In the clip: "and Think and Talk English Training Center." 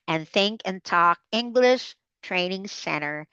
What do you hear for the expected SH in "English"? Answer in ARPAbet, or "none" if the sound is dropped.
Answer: SH